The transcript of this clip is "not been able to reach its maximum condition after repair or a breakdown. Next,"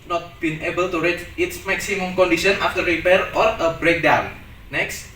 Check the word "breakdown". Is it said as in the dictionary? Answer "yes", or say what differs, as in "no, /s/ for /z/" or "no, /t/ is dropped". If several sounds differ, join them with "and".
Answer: yes